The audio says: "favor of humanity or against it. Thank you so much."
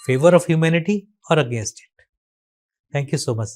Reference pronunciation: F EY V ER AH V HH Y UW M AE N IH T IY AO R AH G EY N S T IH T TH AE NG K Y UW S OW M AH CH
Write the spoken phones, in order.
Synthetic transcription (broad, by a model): F EY V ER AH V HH Y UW M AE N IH T IY AO R AH G EY N S T IH T T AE NG K Y UW S OW M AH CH